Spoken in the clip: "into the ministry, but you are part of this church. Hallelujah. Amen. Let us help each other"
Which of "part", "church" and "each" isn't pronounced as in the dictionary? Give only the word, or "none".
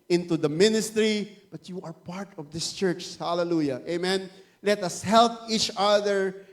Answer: none